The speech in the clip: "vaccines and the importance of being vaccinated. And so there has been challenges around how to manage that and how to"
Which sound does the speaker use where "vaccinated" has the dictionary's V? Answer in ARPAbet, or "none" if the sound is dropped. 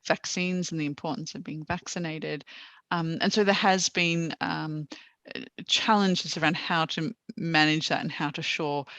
V